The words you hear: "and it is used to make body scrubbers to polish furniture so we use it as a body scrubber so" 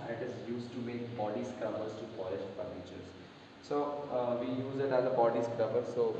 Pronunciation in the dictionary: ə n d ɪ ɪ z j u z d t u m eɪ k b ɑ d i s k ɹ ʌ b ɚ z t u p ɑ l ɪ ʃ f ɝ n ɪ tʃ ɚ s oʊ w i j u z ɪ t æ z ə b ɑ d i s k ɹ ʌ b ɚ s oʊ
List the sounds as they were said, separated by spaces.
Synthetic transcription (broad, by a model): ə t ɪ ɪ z j u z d t u m eɪ k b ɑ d i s k ɹ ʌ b ɚ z t u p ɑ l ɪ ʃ p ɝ l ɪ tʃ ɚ s oʊ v i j u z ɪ t æ z ə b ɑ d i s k ɹ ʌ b ɚ s oʊ